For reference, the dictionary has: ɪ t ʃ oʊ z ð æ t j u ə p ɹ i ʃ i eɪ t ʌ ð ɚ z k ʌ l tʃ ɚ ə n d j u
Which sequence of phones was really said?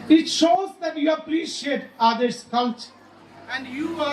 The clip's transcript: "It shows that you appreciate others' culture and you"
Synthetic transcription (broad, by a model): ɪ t ʃ oʊ z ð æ t j u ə p ɹ i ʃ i eɪ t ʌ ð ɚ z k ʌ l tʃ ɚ ə n d j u